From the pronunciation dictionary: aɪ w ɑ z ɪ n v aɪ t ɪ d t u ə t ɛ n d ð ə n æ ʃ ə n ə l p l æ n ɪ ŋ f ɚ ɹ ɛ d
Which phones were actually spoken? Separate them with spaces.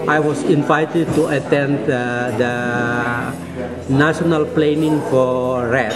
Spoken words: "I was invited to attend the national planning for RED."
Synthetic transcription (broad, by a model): aɪ w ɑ s ɪ n v aɪ t ɪ d t u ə t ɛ n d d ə n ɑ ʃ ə n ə l p l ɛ n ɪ ŋ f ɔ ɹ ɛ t